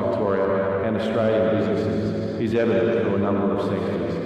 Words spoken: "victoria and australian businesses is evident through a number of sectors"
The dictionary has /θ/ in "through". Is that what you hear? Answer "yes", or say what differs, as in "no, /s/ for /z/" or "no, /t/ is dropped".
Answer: no, /f/ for /θ/